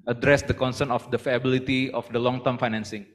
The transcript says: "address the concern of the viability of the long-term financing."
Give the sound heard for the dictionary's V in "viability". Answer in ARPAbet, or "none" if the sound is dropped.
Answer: F